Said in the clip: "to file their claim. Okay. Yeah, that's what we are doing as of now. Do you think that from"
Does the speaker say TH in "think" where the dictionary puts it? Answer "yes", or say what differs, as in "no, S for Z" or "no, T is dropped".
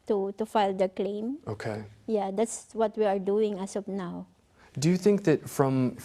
yes